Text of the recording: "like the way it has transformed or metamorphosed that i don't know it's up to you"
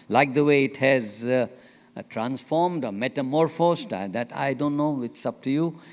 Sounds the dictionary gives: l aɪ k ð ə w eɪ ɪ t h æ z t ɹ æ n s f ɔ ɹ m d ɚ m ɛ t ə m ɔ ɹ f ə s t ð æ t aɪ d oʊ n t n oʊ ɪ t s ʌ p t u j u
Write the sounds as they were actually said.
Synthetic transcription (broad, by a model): l aɪ k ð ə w eɪ ɪ t h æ z t ɹ æ n s f ɔ ɹ m d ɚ m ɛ t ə m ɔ ɹ f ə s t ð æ t aɪ d oʊ n t n oʊ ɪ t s ʌ p t u j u